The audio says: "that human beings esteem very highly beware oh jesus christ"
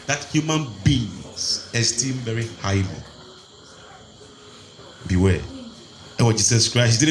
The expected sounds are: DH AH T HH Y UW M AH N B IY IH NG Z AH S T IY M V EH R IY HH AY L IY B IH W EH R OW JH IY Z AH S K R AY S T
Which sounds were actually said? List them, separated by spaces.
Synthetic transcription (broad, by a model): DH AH T HH Y UW M AH N B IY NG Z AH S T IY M V EH R IY HH AY L IY B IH W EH W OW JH IY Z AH S K R AY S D